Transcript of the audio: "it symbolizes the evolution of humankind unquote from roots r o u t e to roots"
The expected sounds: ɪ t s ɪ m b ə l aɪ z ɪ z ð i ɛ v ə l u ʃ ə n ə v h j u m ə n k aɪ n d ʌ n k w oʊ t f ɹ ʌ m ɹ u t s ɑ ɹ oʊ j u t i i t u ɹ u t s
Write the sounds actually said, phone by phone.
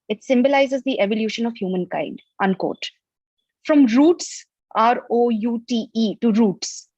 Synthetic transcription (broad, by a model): ɪ t s ɪ m b ə l aɪ z ɪ z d i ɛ v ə l u ʃ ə n ə v h j u m ə n k aɪ n d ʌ n k oʊ t f ɹ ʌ m ɹ u t s ɑ ɹ oʊ j u t i i t u ɹ u t s